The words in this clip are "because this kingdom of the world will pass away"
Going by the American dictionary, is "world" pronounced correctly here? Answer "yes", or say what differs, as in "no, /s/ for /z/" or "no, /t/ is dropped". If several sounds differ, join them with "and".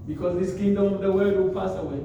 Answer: no, /l/ is dropped